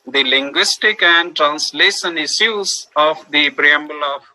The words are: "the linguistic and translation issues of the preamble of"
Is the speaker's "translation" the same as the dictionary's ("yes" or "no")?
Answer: yes